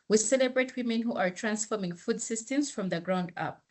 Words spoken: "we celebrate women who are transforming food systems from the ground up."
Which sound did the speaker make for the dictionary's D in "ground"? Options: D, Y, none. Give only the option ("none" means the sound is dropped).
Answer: D